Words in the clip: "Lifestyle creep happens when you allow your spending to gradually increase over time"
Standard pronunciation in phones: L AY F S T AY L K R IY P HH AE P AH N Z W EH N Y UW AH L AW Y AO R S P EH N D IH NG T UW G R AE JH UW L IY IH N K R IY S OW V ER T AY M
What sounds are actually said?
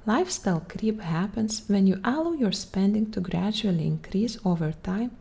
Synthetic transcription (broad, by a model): L AY F S T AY L K R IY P HH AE P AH N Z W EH N Y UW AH L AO Y AO R S P EH N D IH NG T UW G R AE JH UW L IY IH N K R IY S OW V ER T AY M